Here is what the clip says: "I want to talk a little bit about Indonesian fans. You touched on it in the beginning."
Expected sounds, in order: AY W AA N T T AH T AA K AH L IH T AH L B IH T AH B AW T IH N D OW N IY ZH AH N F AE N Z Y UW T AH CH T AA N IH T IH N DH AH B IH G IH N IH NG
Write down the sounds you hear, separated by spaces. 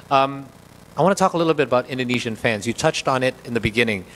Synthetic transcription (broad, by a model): AY W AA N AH T AA K AH L IH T L B IH T AH B AW T IH N D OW N IY ZH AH N F AE N Z Y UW T AH CH T N IH T IH N DH AH B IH G IH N IH NG